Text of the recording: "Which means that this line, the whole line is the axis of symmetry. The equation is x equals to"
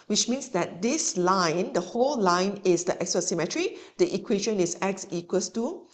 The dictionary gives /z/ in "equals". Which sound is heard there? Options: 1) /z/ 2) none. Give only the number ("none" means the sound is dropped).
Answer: 2